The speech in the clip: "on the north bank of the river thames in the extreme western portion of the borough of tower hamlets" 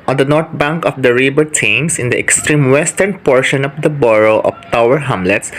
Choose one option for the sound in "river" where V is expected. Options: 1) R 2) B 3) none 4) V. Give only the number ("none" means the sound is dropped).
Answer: 2